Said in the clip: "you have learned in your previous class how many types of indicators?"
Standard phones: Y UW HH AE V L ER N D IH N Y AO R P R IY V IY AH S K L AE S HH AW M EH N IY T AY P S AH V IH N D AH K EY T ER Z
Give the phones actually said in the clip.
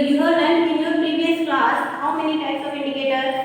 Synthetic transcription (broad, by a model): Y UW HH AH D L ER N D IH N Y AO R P R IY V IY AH S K L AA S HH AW M EH N IY T AY P S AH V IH N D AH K EY T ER